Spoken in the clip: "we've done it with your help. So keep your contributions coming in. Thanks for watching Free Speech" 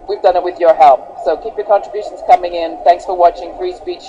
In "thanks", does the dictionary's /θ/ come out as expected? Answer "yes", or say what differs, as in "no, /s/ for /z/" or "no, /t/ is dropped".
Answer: yes